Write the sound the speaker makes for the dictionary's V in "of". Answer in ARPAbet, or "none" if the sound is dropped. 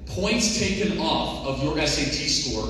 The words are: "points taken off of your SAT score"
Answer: V